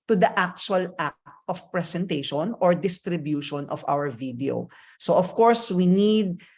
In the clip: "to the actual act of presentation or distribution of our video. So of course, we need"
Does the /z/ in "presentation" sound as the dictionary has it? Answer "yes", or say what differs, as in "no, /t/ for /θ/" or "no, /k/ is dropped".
no, /s/ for /z/